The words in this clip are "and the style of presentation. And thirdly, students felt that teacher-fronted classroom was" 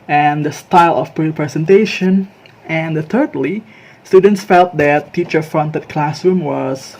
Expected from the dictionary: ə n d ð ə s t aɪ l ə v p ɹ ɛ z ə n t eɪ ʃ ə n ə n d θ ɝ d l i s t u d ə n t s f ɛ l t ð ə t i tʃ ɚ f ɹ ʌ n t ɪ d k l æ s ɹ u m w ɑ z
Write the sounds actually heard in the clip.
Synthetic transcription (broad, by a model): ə n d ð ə s t aɪ l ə p p ɹ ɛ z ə n t eɪ ʃ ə n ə n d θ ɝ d l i s t u d ə n t s f ɛ l t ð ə t i tʃ ɚ f ɹ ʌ n t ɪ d k l æ s ɹ u m w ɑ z